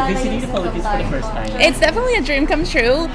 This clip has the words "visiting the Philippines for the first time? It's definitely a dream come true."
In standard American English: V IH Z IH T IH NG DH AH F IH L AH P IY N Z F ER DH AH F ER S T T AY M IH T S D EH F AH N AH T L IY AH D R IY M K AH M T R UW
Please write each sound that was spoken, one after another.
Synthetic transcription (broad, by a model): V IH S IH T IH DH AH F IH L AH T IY Z F ER DH AH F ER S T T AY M IH T S D EH F AH N AH T L IY AH D R IY M K AH M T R UW